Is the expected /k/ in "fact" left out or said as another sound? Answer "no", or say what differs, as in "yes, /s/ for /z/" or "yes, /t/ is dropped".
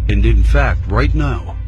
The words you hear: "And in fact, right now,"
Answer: no